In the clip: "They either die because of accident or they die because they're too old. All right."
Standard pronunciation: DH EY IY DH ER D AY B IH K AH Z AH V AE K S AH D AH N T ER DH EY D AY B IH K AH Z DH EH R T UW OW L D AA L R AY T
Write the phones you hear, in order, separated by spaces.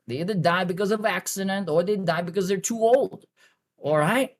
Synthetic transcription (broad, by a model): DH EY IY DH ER D AY B IH K AH Z AH V AE K S AH D AH N T ER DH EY D AY B IH K AH Z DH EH R T UW OW L D AA L R AY T